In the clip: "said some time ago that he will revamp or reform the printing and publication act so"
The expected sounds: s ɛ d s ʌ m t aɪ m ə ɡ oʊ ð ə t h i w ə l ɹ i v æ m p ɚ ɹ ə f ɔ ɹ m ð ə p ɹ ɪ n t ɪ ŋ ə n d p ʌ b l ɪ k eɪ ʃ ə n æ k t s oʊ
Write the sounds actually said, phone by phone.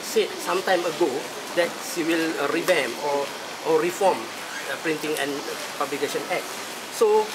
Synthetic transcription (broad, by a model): s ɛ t s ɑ m t aɪ m ə ɡ oʊ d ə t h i w ə l ɹ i b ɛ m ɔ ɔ ɹ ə f ɔ m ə p ɹ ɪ n t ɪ ŋ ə n p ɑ b l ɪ k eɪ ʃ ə n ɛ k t s oʊ